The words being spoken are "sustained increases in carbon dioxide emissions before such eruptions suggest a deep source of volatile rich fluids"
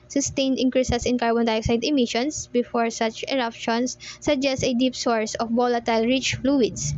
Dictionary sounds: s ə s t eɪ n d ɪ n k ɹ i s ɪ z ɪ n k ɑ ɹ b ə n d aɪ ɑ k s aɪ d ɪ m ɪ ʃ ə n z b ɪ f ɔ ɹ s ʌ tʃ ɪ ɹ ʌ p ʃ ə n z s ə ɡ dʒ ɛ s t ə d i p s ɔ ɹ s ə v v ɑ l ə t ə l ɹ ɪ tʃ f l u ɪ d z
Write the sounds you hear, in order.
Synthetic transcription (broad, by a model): s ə s t eɪ n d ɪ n k ɹ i s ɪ s ɪ n k ɑ ɹ b ə n d aɪ ɑ k s aɪ d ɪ m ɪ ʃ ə n s b ɪ f ɔ ɹ s ʌ tʃ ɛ ɹ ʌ p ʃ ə n s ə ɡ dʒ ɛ s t ə d i p s ɔ ɹ s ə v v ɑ l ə t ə l ɹ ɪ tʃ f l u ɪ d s